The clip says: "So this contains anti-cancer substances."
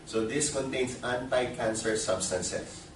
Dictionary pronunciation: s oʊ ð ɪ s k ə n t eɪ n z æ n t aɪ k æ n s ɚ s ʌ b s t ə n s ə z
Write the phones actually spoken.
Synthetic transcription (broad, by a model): s oʊ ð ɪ s k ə n t eɪ n s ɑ n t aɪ k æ n s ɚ s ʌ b s t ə n s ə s